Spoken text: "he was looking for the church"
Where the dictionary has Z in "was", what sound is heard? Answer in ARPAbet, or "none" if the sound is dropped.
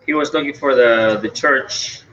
Z